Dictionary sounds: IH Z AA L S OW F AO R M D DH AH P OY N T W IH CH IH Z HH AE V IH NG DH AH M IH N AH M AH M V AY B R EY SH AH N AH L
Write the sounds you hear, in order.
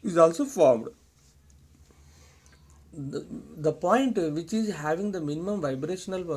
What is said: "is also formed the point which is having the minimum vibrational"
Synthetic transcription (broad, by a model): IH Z AA L S OW F AO R M D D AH P OY N T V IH CH IH Z HH AE V IH NG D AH M IH N AH M AH M V AY B R EY SH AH N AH L